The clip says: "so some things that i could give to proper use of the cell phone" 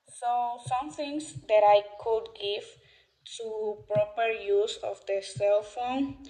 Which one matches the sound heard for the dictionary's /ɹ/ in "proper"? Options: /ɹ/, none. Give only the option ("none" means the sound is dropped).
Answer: /ɹ/